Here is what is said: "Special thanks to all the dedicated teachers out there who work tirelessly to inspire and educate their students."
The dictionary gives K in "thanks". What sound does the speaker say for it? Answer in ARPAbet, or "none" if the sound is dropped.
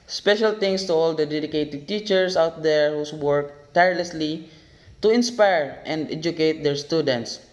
none